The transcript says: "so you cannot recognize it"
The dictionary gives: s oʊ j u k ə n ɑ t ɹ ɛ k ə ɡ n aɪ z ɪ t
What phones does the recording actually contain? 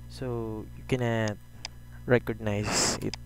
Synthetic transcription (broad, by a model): s oʊ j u k ə n ɑ t ɹ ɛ k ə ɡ n aɪ s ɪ t